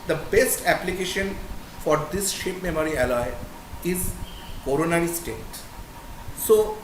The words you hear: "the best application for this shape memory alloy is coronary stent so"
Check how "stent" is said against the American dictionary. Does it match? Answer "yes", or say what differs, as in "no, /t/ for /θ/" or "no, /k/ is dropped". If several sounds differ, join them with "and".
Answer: no, /n/ is dropped